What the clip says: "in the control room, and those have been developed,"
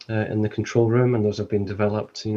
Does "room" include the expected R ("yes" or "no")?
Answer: yes